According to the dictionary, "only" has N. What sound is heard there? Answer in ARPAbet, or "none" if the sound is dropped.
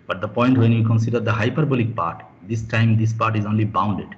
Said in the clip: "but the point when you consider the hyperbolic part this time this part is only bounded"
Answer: N